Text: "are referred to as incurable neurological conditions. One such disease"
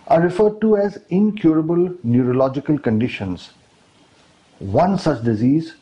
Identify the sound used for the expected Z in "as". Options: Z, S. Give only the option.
Z